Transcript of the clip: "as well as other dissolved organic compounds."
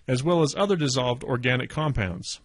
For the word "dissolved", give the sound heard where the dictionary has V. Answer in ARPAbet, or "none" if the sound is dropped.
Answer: V